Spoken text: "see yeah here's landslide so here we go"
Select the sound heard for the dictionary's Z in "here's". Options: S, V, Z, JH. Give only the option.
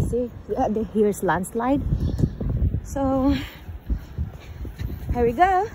S